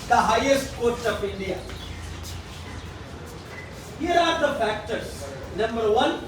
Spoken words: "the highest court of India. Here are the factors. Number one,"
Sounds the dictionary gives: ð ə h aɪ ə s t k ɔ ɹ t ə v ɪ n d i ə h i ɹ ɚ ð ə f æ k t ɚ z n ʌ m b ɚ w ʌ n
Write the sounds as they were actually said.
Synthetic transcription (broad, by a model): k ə h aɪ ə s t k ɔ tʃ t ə p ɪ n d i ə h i ɹ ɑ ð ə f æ k t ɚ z n ʌ m b ɚ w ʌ n